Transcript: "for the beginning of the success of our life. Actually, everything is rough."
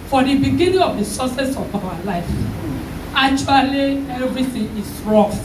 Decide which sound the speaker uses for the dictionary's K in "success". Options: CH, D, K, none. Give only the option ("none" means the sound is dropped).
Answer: none